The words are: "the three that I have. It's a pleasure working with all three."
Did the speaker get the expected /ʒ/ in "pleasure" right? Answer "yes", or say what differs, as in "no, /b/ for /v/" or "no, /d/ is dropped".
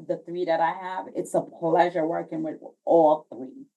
yes